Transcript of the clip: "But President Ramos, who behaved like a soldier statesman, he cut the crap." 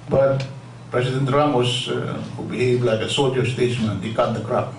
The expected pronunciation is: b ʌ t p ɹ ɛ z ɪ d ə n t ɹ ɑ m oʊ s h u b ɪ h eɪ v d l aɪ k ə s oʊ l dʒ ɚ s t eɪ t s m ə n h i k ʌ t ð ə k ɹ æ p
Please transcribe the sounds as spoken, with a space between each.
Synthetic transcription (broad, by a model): b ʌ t p ɹ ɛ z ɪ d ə n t ɹ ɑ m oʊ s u b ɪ h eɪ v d l aɪ k ə s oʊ dʒ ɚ s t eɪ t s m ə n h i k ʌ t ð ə k ɹ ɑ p